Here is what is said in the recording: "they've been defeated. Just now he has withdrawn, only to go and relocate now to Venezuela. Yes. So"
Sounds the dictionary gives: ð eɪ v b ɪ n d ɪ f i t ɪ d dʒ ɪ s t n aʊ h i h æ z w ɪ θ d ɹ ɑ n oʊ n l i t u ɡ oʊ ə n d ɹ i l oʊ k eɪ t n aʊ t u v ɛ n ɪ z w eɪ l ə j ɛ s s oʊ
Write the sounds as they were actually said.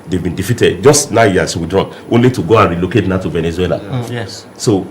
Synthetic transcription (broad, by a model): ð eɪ v b ɪ n d ɪ f i t ɪ d dʒ ɪ s t n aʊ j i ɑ s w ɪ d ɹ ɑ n oʊ n l i t u ɡ oʊ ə n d ɹ i l oʊ k eɪ t n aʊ t u v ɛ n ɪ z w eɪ l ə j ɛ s s oʊ